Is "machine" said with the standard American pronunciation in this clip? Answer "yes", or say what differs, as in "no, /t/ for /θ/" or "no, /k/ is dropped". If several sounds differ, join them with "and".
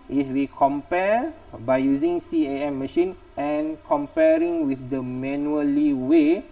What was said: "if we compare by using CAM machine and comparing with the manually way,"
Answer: yes